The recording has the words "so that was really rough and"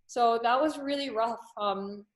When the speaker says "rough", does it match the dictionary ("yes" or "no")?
yes